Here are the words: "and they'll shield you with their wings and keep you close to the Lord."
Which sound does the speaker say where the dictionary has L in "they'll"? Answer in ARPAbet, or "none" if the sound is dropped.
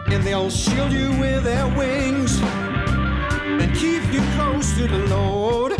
L